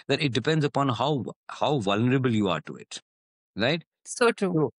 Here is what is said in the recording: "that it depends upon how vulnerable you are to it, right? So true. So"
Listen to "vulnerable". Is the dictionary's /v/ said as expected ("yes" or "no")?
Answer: yes